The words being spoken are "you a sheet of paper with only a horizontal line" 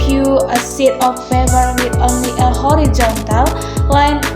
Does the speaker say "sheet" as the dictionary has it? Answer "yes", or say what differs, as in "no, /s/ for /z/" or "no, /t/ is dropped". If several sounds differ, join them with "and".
no, /s/ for /ʃ/